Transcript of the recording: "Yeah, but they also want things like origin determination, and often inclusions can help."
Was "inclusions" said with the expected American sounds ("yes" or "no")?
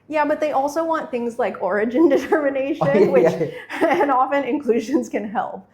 yes